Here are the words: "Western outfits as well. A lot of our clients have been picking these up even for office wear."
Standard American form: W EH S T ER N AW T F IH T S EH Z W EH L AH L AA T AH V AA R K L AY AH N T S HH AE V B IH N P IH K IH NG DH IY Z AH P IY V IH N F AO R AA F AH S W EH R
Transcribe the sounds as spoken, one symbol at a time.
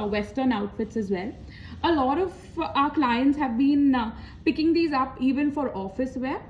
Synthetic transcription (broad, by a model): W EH S T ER N AW T F IH T S EH Z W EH L AH L AA T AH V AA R K L AY AH N T S HH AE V B IH N P IH K IH NG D IY Z AH P IY V IH N F AO R AA F AH S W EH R